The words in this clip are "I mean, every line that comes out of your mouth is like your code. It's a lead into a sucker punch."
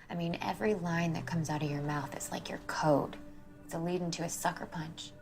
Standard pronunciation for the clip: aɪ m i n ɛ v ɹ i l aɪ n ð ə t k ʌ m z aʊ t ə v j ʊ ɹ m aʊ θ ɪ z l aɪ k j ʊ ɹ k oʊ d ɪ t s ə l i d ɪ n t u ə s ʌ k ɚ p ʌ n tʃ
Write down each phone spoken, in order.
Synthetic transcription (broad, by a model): aɪ m i n ɛ v ɹ i l aɪ n ð ə t k ʌ m z aʊ t ə v j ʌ ɹ m aʊ θ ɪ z l aɪ k j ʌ ɹ k oʊ d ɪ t ə l i d ɪ n t u ə s ʌ k ɚ p ʌ n tʃ